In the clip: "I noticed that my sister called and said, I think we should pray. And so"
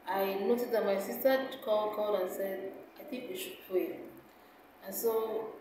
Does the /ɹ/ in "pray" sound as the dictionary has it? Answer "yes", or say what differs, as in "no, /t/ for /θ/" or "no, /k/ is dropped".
no, /l/ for /ɹ/